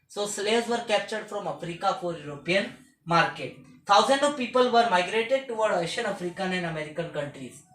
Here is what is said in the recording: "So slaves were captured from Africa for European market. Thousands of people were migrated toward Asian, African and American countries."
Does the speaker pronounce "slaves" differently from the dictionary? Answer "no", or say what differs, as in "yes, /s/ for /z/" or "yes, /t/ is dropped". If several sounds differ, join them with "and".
yes, /v/ is dropped